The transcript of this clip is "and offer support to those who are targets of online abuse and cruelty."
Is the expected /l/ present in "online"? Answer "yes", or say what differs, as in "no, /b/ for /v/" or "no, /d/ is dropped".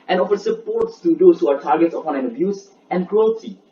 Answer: no, /l/ is dropped